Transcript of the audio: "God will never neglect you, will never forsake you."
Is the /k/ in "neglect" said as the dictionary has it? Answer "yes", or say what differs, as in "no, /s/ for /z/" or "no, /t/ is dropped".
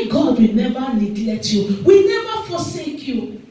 no, /k/ is dropped